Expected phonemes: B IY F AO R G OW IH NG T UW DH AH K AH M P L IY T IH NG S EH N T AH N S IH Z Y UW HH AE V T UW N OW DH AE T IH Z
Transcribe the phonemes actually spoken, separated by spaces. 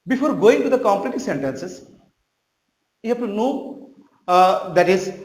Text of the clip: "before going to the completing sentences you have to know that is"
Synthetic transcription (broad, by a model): B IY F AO R G OW IH NG T UW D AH K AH M P L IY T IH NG S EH N T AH N S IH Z Y UW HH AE F T UW N OW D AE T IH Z